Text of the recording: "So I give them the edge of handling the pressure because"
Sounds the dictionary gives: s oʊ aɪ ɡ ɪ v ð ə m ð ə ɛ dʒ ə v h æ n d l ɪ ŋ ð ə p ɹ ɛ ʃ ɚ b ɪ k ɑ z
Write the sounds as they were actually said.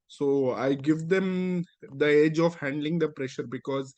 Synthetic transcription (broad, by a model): s oʊ aɪ ɡ ɪ v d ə m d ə ɛ dʒ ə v h æ n d l ɪ ŋ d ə p ɹ ɛ ʃ ɚ b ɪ k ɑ z